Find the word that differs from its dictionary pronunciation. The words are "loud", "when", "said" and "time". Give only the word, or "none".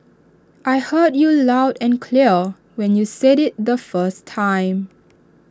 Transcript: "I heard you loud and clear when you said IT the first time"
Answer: none